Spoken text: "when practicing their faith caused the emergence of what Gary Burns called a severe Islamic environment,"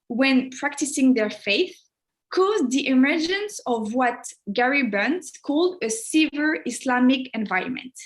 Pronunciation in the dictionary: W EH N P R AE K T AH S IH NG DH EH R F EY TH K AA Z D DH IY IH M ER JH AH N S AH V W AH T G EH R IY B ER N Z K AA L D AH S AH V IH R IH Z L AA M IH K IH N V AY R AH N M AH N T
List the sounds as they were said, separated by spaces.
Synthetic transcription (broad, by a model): W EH N P R AE K T AH S IH NG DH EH R F EY TH K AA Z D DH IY IH M ER JH AH N S AH V W AH T G EH R IY B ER N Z K AA L D AH S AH V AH R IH S L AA M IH K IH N V AY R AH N M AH N T